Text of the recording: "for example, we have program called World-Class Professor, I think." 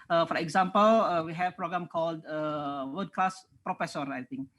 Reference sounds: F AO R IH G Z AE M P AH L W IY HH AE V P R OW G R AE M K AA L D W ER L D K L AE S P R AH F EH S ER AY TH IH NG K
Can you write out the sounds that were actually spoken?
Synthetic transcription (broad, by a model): F AO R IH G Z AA M P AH L W IY HH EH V P R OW G R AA M K AA L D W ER D K L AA S P R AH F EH S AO AY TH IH NG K